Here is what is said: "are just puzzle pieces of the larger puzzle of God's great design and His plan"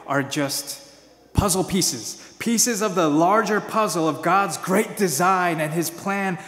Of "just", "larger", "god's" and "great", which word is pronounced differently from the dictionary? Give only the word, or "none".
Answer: none